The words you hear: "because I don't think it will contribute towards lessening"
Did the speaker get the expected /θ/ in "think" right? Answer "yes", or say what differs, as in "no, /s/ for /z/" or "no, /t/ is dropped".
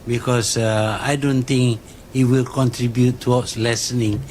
no, /t/ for /θ/